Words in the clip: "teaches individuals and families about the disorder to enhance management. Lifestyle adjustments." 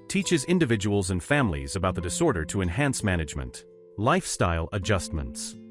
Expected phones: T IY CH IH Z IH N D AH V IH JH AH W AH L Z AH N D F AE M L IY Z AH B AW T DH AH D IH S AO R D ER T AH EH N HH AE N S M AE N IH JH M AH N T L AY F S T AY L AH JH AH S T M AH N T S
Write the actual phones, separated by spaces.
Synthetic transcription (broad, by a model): T IY CH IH Z IH N D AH V IH JH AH W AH L Z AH N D F AE M L IY Z AH B AW T DH AH D IH S AO R D ER T AH EH N HH AE N S M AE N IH JH M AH N T L AY F S T AY L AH JH AH S T M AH N T S